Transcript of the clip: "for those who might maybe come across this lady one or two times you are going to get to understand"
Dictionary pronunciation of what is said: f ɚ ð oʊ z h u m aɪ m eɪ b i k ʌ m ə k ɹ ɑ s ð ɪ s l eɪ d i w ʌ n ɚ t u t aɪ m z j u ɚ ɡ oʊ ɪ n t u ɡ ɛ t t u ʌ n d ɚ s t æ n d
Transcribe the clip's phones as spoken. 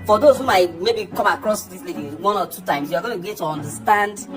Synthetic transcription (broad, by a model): f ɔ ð oʊ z h u m aɪ m eɪ b i k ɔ m ə k ɹ ɑ s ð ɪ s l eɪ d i w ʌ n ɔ t u t aɪ m s j u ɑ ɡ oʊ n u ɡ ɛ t t u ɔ n d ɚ s t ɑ n d